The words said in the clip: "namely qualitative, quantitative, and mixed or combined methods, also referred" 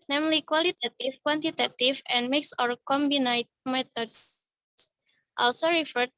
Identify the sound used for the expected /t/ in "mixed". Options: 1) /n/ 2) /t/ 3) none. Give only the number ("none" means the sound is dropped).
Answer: 3